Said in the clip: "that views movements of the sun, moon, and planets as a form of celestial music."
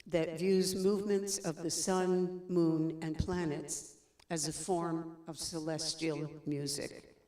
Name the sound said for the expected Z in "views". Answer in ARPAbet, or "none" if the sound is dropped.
Z